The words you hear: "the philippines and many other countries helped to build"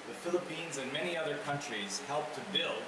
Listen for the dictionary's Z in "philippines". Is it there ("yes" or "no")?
yes